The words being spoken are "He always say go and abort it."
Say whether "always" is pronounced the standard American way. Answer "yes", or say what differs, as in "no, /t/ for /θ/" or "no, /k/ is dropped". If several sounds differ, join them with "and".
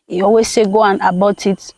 no, /l/ is dropped